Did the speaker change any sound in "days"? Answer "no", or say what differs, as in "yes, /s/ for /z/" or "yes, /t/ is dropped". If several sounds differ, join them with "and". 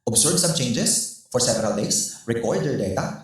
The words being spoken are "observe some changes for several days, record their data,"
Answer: yes, /s/ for /z/